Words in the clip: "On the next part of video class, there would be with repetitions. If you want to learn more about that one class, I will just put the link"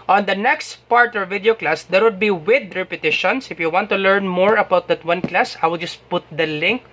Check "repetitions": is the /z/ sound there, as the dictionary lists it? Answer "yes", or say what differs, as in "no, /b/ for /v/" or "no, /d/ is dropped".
no, /s/ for /z/